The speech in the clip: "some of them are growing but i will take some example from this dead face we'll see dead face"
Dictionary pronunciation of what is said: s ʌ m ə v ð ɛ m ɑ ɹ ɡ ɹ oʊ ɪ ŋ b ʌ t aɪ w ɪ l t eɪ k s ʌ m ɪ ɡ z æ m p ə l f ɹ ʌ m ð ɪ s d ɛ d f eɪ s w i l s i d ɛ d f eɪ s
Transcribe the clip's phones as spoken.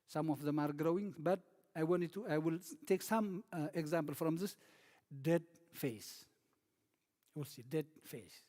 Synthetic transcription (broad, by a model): s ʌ m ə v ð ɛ m ɑ ɹ ɡ ɹ oʊ ɪ ŋ b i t aɪ w ɪ l t eɪ k s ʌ m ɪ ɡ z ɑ m p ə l f ɹ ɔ m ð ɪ s d ɛ d f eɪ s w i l s i d ɛ d f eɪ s